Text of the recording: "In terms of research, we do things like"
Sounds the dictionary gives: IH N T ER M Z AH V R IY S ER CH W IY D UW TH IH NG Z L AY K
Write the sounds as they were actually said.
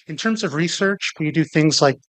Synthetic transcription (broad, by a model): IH N T ER M Z AH V R IY S ER CH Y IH D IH TH IH NG Z L AY K